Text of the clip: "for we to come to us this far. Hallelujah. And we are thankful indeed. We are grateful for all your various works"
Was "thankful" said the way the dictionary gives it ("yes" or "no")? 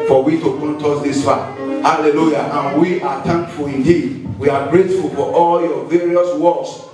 no